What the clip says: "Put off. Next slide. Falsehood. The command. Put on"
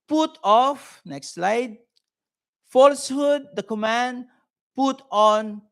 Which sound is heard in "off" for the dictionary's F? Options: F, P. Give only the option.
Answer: F